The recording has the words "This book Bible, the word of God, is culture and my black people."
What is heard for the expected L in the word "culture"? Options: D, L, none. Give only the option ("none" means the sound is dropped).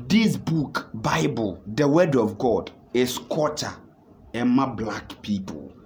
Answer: none